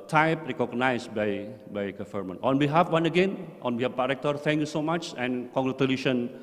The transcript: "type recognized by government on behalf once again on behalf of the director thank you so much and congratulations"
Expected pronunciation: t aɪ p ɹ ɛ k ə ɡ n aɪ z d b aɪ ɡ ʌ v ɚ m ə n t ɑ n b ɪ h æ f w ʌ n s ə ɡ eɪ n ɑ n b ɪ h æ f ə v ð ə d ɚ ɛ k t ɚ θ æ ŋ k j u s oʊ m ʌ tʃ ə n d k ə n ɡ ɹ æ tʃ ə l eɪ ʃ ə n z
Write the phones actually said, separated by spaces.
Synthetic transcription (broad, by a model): t aɪ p ɹ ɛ k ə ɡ n aɪ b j b aɪ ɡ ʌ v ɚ m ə n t ɑ n b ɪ h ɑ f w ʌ n ə ɡ eɪ n ɑ n b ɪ h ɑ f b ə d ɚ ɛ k t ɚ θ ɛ ŋ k j u s oʊ m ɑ tʃ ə n k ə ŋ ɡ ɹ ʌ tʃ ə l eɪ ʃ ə n